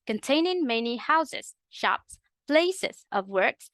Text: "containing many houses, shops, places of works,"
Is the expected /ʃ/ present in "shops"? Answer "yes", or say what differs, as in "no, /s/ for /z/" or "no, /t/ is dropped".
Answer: yes